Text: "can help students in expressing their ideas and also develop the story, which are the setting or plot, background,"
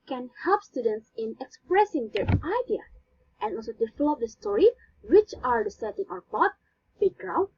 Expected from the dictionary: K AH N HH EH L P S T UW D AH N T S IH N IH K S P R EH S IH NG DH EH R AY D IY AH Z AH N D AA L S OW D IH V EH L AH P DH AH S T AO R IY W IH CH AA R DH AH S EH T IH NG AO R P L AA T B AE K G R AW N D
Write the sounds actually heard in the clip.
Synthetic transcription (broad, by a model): K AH N HH EH L P S T UW D AH N T S IH N IH K S P R EH S IH NG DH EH R AY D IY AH AH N AA L S OW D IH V L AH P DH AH S T AO R IY W IH CH AA R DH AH S EH T IH NG AO R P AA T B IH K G R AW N